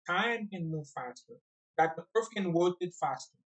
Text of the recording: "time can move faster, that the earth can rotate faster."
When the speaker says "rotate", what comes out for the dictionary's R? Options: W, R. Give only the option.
W